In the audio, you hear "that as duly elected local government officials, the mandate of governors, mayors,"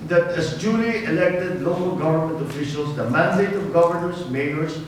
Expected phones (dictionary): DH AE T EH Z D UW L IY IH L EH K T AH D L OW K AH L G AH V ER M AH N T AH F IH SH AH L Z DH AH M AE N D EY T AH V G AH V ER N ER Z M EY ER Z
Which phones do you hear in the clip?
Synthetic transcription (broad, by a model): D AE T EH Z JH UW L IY IH L EH K T AH D L OW K AH L G AH V ER M AH N T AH F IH SH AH L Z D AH M AE N D EY T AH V G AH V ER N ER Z M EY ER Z